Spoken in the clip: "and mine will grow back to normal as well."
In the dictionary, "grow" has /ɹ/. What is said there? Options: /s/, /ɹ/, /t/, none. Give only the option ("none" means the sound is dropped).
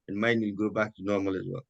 none